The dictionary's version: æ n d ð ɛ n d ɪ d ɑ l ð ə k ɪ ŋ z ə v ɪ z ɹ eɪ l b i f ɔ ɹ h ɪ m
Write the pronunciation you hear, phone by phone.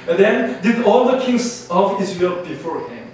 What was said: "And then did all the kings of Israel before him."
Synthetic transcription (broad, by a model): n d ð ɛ n d ɪ d ɑ l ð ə k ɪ ŋ s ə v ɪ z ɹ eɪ l b i f ɔ ɹ h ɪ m